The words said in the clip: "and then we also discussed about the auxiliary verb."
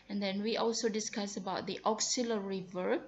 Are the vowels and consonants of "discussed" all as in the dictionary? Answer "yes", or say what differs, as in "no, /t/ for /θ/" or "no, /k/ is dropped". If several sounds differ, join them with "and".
no, /t/ is dropped